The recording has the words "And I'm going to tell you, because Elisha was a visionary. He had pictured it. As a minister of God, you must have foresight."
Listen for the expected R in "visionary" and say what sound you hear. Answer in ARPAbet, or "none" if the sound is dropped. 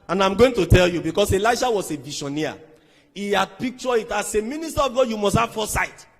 none